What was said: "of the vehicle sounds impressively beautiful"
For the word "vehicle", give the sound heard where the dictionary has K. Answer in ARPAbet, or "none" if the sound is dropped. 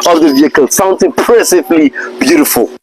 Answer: K